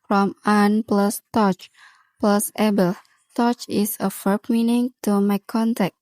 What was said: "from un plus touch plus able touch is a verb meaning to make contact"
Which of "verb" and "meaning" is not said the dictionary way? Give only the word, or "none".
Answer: verb